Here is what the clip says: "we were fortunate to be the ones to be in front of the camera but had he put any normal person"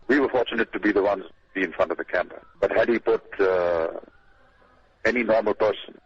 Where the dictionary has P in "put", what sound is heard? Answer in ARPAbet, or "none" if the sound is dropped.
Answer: P